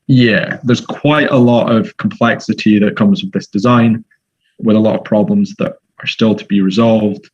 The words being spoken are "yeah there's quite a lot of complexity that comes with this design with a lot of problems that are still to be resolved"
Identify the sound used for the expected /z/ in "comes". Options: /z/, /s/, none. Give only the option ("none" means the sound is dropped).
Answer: /z/